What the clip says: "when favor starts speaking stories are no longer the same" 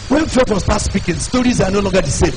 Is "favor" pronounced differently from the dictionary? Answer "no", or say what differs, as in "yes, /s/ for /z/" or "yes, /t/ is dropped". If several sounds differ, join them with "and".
yes, /w/ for /v/